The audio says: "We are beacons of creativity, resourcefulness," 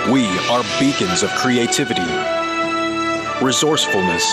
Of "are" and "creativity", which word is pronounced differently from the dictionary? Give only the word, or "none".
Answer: none